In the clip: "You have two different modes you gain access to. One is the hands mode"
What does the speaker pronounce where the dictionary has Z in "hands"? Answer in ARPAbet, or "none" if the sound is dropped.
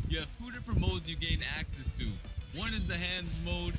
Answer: Z